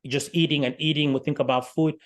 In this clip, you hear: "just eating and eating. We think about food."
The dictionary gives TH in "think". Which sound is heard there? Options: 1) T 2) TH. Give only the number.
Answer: 2